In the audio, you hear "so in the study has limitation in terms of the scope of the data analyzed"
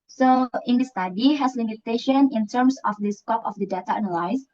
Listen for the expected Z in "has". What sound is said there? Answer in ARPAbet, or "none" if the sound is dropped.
S